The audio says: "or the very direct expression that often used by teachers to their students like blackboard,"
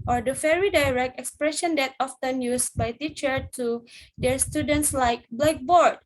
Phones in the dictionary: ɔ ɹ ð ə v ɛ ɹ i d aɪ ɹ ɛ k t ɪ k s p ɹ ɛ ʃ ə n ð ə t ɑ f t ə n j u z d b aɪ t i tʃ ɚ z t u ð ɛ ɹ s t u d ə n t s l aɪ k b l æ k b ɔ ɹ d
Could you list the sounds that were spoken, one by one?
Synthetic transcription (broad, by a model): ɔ ɹ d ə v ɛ ɹ i d aɪ ɹ ɛ k t ɪ k s p ɹ ɛ ʃ ə n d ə t ɑ f t ə n j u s b aɪ t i tʃ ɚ t u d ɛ ɹ s t u d ə n t s l aɪ k b l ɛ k b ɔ ɹ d